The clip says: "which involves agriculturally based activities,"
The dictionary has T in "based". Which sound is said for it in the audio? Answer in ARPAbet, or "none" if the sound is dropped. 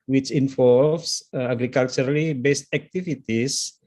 T